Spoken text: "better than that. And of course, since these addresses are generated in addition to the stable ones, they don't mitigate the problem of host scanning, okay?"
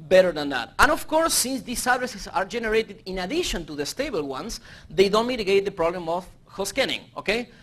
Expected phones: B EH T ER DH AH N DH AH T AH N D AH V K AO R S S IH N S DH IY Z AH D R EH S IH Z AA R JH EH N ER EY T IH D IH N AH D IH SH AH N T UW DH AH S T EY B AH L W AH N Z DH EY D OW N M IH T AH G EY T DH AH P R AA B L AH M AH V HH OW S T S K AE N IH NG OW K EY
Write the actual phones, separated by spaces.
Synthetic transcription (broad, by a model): B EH T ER DH AH N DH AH T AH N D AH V K AO R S S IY N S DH IY S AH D R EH S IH S AA R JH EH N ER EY T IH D IH N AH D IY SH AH N T UW DH AH S T EY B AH L W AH N S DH EY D OW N M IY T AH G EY T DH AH P R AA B L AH M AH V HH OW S S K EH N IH NG OW K EY